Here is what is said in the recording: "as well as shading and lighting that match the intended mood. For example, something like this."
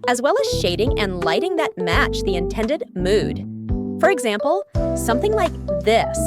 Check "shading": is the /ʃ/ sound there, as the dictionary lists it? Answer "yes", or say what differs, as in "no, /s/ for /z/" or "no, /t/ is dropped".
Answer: yes